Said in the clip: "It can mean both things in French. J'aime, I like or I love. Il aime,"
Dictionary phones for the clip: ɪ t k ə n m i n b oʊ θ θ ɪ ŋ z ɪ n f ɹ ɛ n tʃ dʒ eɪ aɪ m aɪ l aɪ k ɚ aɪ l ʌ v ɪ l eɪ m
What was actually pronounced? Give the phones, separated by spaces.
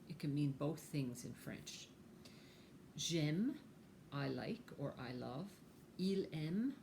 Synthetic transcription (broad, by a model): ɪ t k ə n m i n b oʊ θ θ ɪ ŋ z ɪ n f ɹ ɛ n tʃ ʒ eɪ m aɪ l aɪ k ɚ aɪ l ʌ v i l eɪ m